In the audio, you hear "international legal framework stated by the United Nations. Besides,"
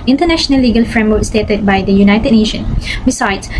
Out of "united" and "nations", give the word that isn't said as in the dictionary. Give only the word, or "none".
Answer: nations